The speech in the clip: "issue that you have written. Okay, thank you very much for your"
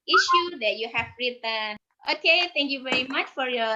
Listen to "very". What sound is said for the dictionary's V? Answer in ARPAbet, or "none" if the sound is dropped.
V